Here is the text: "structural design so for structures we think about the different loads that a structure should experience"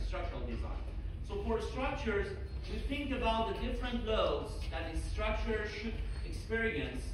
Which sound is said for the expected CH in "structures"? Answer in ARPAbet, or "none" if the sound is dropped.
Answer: CH